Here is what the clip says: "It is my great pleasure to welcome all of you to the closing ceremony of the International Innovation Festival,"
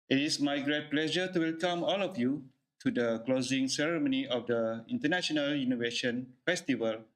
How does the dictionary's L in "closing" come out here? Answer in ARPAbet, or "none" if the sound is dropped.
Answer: L